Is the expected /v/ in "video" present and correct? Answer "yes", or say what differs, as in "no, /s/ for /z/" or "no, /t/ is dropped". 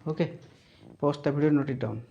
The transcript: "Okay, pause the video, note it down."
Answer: no, /b/ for /v/